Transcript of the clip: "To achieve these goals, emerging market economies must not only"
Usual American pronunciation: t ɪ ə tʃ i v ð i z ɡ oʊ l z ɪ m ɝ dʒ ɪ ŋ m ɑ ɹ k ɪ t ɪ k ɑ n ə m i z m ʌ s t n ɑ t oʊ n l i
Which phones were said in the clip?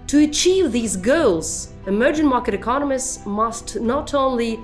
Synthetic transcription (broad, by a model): t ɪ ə tʃ i v ð i z ɡ oʊ l z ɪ m ɝ dʒ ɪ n m ɑ ɹ k ɪ t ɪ k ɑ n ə m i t m ʌ s t n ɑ t oʊ n l i